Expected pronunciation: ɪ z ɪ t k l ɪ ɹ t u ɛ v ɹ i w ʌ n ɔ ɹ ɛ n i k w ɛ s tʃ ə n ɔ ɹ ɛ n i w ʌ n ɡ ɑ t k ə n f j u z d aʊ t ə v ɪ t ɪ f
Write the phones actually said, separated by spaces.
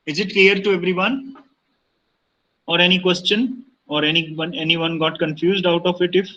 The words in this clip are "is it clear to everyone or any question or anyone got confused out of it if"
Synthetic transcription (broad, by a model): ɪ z ɪ t k l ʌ ɹ t u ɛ v ɹ i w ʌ n ɔ ɹ ɛ n i k w ɛ s tʃ ə n ɔ ɹ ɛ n i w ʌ n ɡ ɑ t k ə n f j u z d aʊ t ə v ɪ t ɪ f